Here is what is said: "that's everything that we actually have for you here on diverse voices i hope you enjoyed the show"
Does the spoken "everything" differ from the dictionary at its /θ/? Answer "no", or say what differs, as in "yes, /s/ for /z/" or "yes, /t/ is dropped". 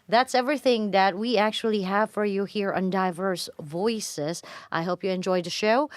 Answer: no